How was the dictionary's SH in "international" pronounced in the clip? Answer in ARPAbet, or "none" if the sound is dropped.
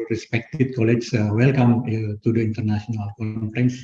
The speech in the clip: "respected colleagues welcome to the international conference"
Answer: S